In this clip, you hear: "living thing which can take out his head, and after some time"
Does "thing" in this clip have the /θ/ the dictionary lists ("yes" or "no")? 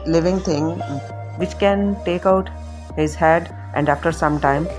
no